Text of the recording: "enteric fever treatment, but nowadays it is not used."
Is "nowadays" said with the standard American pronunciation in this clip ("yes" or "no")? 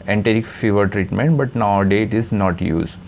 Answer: no